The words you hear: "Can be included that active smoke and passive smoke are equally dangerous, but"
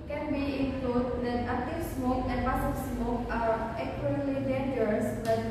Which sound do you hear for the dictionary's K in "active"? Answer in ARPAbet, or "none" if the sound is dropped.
none